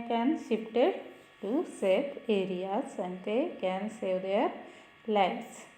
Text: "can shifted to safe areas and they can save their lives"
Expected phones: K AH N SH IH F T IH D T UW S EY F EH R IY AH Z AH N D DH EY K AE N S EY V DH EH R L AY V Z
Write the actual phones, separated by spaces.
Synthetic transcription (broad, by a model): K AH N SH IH P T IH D T UW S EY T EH R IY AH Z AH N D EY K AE N S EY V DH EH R L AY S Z